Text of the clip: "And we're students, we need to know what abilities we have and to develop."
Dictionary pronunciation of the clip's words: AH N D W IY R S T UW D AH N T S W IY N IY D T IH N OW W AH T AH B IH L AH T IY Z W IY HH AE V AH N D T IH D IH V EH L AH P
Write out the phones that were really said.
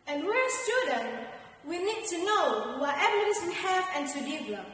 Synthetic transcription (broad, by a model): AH N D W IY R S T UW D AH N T W IY N IY D T IH N OW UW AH EH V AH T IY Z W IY HH AE V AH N T IH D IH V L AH